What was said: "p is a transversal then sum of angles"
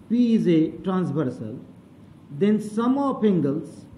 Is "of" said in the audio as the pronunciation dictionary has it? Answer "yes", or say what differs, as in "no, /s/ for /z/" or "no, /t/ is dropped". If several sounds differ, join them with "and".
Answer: no, /p/ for /v/